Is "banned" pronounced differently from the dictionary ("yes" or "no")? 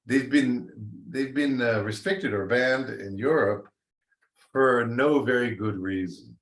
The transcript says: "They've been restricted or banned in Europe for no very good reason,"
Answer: no